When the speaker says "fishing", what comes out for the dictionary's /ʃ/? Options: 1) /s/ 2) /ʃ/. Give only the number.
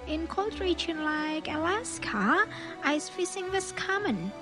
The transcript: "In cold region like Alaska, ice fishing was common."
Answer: 1